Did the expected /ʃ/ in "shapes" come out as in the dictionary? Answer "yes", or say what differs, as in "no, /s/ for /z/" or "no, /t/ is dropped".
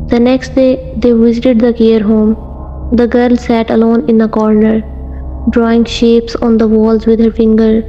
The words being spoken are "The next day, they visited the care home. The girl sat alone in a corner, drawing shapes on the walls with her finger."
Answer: yes